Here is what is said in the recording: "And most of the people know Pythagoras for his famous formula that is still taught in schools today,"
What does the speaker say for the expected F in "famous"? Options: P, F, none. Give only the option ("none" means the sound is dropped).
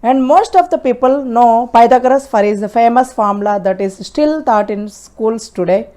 F